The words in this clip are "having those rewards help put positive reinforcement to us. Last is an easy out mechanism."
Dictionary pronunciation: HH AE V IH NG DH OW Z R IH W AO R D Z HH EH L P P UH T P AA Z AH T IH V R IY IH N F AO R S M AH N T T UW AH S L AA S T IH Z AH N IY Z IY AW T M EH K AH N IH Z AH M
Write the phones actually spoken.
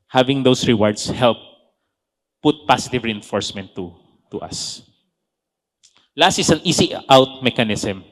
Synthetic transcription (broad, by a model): HH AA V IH NG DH OW S R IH W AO R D S HH EH L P P UH T P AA S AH T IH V R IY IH N F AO R S M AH N T T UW AH S L AA S T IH S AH N IY S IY AW T M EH K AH N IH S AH M